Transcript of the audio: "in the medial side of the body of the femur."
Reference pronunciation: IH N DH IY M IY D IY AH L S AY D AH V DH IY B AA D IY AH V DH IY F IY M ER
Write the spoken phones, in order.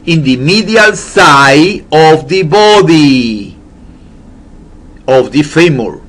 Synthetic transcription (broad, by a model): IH N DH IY M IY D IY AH L S AY AH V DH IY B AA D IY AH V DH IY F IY M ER